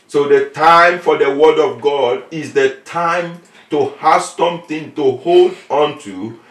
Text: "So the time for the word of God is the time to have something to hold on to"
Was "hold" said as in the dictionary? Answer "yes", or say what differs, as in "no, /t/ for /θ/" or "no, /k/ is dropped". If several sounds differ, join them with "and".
yes